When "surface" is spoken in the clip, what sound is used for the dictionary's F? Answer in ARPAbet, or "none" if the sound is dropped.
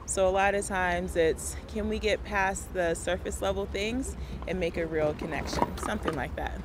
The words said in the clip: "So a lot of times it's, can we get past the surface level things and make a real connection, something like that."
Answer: F